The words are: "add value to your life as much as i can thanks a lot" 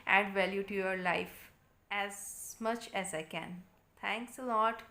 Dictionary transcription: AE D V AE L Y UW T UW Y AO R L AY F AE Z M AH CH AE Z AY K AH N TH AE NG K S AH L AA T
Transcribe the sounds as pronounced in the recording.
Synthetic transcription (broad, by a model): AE D V AE L Y UW T UW Y AO R L AY F AE Z M AH CH AE Z AY K AH N T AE NG K S AH L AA T